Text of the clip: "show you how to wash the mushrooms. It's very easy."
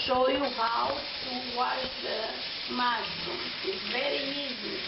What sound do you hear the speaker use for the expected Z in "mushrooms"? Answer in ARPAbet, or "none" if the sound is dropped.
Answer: none